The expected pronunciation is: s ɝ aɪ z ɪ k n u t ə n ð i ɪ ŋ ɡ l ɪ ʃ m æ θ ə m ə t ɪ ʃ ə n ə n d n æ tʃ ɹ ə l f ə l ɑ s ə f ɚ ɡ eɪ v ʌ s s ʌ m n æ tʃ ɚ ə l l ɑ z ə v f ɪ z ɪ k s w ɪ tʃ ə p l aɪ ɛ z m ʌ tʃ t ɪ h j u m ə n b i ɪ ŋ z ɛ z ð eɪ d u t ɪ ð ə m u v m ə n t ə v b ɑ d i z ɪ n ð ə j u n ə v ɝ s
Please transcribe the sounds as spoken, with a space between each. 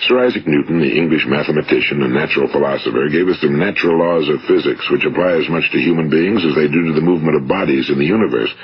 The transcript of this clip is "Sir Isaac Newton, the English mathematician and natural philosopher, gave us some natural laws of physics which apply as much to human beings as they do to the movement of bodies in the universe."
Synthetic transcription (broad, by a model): s ɝ aɪ z ɪ k n u t n ð i ɪ ŋ ɡ l ɪ ʃ m æ θ ə m ə t ɪ ʃ ə n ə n n æ tʃ ɹ l f ə l ɑ s ə f ɚ ɡ eɪ v ʌ s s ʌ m n æ tʃ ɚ l l ɑ z ə v f ɪ z ɪ k s w ɪ tʃ ə p l aɪ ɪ z m ʌ tʃ t ɪ h j u m ə n b i ɪ ŋ z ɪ z ð eɪ d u t ɪ ð ə m u v m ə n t ə v b ɑ d i z ɪ n ð ə j u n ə v ɝ s